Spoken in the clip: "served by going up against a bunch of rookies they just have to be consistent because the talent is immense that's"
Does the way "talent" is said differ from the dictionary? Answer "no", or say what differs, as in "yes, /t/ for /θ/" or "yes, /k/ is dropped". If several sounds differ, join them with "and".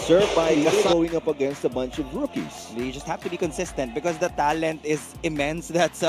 no